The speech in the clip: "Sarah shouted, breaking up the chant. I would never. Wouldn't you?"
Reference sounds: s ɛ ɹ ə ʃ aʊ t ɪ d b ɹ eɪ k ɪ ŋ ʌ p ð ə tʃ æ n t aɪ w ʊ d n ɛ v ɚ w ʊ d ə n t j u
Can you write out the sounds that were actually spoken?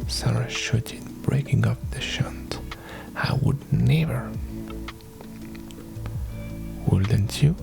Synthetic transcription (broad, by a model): s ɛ ɹ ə ʃ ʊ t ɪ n b ɹ eɪ k ɪ ŋ ʌ p ð ə ʃ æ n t aɪ w ʊ d n ɛ v ɚ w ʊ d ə n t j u